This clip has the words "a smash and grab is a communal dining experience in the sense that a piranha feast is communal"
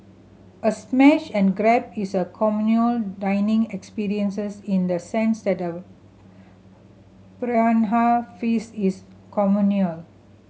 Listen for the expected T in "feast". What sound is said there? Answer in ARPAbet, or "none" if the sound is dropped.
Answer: none